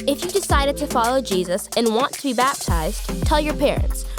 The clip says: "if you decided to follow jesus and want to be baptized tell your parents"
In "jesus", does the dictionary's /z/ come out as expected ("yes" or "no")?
yes